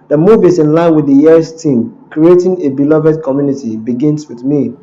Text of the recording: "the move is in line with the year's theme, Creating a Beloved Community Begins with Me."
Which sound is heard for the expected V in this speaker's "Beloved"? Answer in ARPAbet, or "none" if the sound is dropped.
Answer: V